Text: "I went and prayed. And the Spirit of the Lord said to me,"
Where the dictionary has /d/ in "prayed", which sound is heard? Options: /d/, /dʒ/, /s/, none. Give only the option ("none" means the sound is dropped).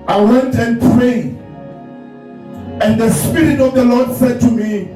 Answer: none